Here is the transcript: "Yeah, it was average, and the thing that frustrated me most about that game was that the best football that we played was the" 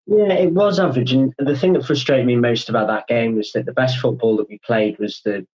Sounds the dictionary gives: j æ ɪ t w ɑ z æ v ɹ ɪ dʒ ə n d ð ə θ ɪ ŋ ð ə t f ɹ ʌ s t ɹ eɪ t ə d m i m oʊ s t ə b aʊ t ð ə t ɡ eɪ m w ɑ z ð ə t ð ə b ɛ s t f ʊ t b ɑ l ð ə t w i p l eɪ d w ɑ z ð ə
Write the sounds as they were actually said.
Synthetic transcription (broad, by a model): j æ ɪ t w ɑ z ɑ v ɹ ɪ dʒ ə n ð ə θ ɪ ŋ ð ə t f ɹ ʌ s t ɹ eɪ t ə d m i m oʊ s t ə b aʊ t ð ə t ɡ eɪ m w ɑ z ð ə t ð ə b ɛ s t f ʊ t b ɑ l ð ə t w i p l eɪ d w ɑ z ð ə